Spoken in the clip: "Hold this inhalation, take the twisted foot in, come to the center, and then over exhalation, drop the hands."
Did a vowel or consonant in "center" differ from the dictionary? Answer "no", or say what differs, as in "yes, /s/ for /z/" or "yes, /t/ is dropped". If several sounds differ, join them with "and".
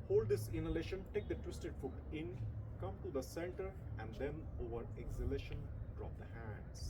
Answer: yes, /l/ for /n/